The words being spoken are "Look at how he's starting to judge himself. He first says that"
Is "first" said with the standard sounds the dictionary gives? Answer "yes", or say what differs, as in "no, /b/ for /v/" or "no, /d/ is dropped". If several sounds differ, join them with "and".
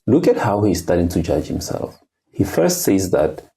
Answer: yes